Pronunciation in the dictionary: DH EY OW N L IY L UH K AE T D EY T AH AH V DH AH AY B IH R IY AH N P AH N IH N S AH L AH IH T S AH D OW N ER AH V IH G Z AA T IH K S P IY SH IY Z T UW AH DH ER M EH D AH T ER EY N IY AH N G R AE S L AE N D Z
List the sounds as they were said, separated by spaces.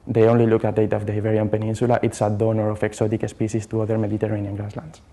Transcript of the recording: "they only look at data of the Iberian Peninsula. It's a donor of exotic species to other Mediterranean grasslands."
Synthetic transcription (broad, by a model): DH EY OW N L IY L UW K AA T D EY T AH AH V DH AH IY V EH R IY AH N P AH N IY N S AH L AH IH T S AH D OW N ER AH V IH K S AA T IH K S P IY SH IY S T UW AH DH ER M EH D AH T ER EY N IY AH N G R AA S L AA N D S